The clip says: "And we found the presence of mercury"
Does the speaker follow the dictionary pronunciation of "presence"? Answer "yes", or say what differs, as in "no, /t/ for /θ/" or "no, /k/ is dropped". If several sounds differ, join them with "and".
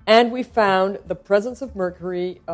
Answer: yes